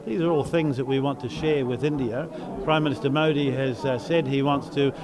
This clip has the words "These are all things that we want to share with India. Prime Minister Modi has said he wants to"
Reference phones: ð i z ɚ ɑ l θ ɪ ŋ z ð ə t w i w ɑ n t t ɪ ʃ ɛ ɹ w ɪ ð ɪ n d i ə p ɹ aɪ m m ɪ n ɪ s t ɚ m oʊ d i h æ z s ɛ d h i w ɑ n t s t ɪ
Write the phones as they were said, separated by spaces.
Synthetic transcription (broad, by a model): ð i z ɚ ɑ l θ ɪ ŋ z ð ə t w i w ɑ n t t ɪ ʃ ɛ ɹ w ɪ ð ɪ n d i ə p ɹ aɪ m m ɪ n ɪ s t ɚ m oʊ d i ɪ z s ɛ d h i w ɑ n t s t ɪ